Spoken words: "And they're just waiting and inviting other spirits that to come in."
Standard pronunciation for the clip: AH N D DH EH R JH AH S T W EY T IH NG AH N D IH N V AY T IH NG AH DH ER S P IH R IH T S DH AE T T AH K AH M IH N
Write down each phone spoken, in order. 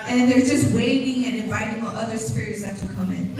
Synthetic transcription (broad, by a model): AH N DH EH R JH AH S T W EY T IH NG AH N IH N V AY T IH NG AH DH ER S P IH R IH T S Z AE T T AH K AH M IH N